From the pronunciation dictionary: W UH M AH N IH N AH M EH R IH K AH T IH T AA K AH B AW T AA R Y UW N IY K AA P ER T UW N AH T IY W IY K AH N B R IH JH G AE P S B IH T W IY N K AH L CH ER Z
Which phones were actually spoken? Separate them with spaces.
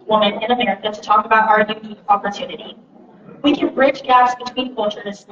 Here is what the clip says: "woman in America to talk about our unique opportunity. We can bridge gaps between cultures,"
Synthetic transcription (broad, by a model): W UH M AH N IH N AH M EH R IH K AH T IH T AA K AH B AW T AA R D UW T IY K AA P ER T UW N AH T IY W IY K AH N B R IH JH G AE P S B IH T W IY N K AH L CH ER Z